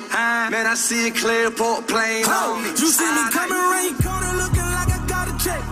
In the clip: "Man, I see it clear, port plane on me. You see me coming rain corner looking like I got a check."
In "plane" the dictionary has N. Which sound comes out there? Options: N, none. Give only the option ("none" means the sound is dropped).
none